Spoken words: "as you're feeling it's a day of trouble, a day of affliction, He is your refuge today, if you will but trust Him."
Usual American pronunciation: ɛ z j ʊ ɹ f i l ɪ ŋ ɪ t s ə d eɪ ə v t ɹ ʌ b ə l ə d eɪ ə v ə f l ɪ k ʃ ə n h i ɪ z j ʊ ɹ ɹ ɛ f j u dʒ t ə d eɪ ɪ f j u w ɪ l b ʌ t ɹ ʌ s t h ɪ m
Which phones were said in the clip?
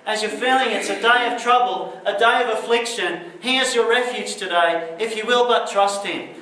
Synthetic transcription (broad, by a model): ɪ z j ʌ ɹ f i l ɪ ŋ ɪ t s ə d eɪ ə v t ɹ ʌ b ə l ə d eɪ ə v ə f l ɪ k ʃ ə n h i ɪ z j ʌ ɹ ɹ ɛ f j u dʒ t ə d eɪ ɪ f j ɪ w ɪ l b ʌ t ɹ ʌ s t h ɪ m